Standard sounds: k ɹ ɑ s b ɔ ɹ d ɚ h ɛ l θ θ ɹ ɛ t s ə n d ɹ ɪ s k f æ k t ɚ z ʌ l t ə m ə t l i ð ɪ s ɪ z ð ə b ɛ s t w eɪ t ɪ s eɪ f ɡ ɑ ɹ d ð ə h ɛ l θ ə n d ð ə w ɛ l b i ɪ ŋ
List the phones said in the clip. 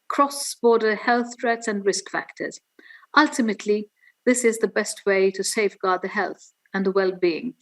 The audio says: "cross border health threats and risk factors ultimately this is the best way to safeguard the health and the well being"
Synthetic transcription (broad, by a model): k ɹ ɑ s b ɔ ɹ d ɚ h ɛ l θ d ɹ ɛ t s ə n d ɹ ɪ s k f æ k t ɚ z ʌ l t ə m ə t l i ð ɪ s ɪ z ð ə b ɛ s t w eɪ t ɪ s eɪ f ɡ ɑ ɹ d ð ə h ɛ l θ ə n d ð ə w ɛ l b i ɪ ŋ